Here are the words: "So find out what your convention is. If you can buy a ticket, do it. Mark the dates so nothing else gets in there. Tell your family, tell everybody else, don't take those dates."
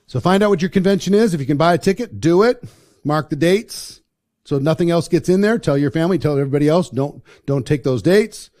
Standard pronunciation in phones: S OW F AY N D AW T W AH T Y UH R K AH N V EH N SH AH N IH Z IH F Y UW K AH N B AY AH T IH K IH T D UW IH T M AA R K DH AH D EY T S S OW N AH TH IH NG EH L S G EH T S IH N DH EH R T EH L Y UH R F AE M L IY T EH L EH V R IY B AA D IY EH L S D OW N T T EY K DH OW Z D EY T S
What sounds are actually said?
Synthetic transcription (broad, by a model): S OW F AY N D AW T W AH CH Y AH R K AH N V EH N SH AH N IH Z IH F Y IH K AH N B AY AH T IH K IH T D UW IH T M AA R K DH AH D EY T S S OW N AH TH IH NG EH L S G EH T S IH N DH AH R T EH L Y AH R F AE M L IY T EH L EH V R IY B AA D IY EH L S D OW N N T EY K DH OW Z D EY T S